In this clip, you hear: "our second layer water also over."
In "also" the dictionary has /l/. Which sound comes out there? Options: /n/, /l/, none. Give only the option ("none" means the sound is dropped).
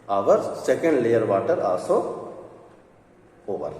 none